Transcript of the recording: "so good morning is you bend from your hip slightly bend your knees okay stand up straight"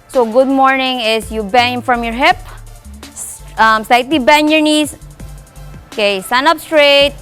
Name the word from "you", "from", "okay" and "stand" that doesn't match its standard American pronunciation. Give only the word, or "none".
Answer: stand